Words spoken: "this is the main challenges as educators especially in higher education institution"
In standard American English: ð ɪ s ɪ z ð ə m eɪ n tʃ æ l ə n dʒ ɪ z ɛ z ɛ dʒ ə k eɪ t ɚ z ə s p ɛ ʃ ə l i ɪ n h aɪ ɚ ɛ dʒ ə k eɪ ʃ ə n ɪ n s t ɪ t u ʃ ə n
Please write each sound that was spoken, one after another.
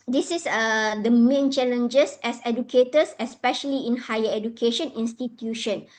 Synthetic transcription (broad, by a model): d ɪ s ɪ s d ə m eɪ n tʃ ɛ l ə n dʒ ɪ s ɛ s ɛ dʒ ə k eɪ t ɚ s ə s p ɛ ʃ ə l i ɪ n h aɪ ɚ ɛ dʒ ə k eɪ ʃ ə n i n s t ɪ t u ʃ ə n